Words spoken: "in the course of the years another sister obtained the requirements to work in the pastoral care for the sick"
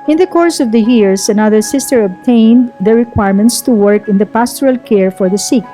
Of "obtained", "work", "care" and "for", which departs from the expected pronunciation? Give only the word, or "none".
none